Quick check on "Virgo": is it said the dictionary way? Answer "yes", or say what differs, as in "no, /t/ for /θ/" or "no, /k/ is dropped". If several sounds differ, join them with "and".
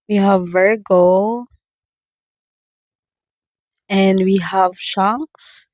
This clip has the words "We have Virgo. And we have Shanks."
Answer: yes